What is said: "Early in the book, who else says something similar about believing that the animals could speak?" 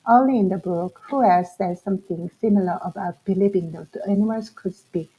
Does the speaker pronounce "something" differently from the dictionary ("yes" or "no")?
yes